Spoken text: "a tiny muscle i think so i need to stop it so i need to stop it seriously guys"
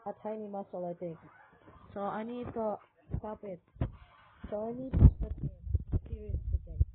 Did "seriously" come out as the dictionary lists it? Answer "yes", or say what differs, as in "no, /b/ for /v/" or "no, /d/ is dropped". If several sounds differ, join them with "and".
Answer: no, /l/ is dropped